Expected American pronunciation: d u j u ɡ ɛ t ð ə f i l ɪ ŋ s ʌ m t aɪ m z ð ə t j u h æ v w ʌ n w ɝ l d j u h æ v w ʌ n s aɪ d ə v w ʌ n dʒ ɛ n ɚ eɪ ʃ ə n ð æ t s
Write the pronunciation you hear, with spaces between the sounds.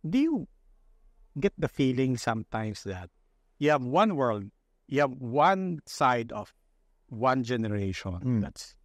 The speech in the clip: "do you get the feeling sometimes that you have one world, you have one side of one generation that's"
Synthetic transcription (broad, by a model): d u j u ɡ ɛ t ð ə f i l ɪ ŋ s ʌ m t aɪ m s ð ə t j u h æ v w ʌ n w ɝ l d j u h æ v w ʌ n s aɪ d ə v w ʌ n dʒ ɛ n ɚ eɪ ʃ ə n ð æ t s